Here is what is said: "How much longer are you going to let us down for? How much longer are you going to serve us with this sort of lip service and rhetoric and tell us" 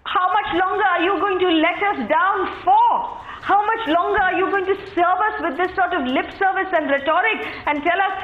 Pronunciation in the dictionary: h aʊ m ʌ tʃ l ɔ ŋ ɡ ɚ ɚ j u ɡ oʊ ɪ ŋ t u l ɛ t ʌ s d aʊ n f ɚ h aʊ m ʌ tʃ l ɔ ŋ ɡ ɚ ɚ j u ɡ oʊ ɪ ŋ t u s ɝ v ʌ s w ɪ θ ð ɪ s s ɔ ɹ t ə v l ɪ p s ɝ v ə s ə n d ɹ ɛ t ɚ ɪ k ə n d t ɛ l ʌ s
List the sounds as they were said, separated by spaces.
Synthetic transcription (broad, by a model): h aʊ m ʌ tʃ l ɔ ŋ ɡ ɚ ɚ j u ɡ oʊ ɪ ŋ t u l ɛ t ʌ s d aʊ n f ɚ h aʊ m ʌ tʃ l ɔ ŋ ɡ ɚ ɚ j u ɡ oʊ ɪ ŋ t u s ɝ v ʌ s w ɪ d ɪ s s ɔ ɹ t ə v l ɪ p s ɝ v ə s ə n d ɹ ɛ t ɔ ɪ k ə n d t ɛ l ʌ s